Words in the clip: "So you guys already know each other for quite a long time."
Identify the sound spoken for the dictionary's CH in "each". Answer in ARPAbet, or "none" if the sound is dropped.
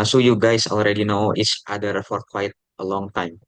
S